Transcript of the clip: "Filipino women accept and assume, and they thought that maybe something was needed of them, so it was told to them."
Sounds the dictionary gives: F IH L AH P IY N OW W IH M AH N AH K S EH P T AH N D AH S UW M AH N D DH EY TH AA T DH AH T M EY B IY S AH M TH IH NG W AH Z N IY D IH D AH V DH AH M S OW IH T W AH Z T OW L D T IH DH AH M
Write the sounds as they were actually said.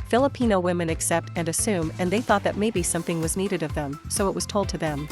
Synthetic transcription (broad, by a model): F IH L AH P IY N OW W IH M AH N AH K S EH P T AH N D AH S UW M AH N DH EY TH AA T DH AH T M EY B IY S AH M TH IH NG W AH Z N IY D IH D AH V DH AH M S OW IH T W AH Z T OW L D T IH DH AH M